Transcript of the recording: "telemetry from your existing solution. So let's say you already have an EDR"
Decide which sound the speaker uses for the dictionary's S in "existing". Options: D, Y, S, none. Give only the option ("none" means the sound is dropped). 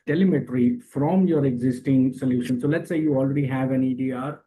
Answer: S